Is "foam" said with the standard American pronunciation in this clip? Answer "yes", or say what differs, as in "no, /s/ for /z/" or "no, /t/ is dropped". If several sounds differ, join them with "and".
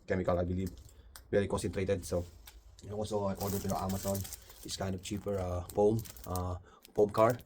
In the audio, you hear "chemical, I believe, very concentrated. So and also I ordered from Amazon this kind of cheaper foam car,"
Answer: no, /p/ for /f/